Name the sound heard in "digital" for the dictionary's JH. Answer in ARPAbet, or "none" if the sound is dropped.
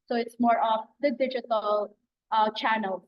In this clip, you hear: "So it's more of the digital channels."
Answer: JH